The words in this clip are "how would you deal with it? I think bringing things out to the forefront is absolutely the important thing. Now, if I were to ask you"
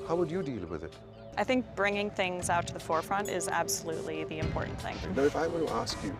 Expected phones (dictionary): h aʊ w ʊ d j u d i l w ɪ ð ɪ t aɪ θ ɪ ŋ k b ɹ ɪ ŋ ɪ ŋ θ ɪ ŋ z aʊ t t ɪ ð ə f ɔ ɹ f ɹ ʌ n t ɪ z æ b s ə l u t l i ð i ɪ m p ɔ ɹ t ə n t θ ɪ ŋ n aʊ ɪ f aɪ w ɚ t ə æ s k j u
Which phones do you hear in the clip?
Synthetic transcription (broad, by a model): h aʊ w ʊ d j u d i l w ɪ ð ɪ t aɪ θ ɪ ŋ k b ɹ ɪ ŋ ɪ ŋ θ ɪ ŋ z aʊ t t ɪ ð ə f ɔ ɹ f ɹ ʌ n t ɪ z æ b s ə l u t l i ð i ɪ m p ɔ ɹ t n θ ɪ ŋ n aʊ ɪ f aɪ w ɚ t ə æ s k j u